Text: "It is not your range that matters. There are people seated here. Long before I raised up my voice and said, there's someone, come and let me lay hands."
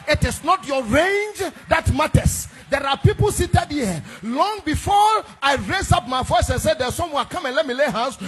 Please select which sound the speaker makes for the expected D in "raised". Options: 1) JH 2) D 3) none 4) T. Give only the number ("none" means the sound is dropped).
3